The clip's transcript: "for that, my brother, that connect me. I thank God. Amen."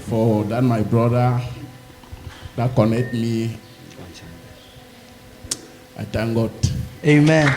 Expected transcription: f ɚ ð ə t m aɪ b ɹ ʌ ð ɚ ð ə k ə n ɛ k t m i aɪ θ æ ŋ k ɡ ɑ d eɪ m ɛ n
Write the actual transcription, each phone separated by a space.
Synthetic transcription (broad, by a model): f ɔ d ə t m aɪ b ɹ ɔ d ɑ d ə k ə n ɛ k t m i aɪ t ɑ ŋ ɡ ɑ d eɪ m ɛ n